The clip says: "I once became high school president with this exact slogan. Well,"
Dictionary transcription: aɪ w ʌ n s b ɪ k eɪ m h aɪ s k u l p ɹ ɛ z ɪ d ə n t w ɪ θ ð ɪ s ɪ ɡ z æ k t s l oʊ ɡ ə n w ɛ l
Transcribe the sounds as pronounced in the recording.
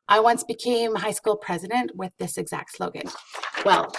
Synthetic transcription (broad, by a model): aɪ w ʌ n s b ɪ k eɪ m h aɪ s k u l p ɹ ɛ z ɪ d ə n t w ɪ ð ɪ s ɪ ɡ z æ k t s l oʊ ɡ ə n w ɛ l